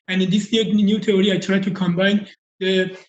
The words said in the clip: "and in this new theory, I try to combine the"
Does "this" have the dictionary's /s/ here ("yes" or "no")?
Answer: no